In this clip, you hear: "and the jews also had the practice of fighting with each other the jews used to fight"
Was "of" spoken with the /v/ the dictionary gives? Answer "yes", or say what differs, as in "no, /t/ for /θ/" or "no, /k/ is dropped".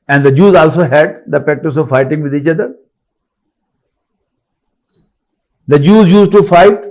yes